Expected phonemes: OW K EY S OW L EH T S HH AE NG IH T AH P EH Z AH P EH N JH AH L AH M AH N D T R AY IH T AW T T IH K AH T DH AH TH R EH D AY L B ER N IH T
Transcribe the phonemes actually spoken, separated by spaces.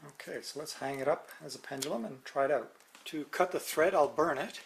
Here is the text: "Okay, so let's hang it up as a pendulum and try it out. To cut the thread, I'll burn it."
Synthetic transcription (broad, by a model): OW K EY S OW L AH T S HH AE NG IH T AH P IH Z AH P EH N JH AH L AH M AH N T R AY IH T AW T T IH K AH T DH AH TH R EH D AY L B ER N IH T